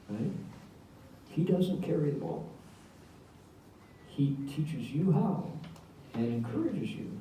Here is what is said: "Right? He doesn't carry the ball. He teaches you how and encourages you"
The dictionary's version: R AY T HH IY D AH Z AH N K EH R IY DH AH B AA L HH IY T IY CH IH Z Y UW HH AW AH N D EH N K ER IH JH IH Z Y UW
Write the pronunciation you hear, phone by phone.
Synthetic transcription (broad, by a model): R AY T HH IY D AH Z AH N K EH R IY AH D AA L HH IY T IY CH IH Z Y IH HH AW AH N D EH N K ER IH JH IH Z Y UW